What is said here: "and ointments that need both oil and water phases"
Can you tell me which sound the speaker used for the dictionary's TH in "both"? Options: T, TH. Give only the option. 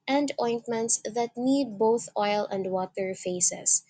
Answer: TH